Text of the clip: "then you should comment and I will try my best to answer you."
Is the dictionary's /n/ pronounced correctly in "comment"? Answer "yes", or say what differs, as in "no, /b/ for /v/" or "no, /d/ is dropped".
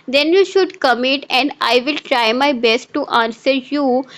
no, /n/ is dropped